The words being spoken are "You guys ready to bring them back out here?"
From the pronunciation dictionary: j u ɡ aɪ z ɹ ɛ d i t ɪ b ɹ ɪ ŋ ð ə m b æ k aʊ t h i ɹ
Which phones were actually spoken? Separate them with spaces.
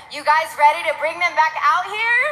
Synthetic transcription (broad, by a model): j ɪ ɡ aɪ z ɹ ɛ d i t ɪ b ɹ ɪ ŋ ð ə m b æ k aʊ t h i ɹ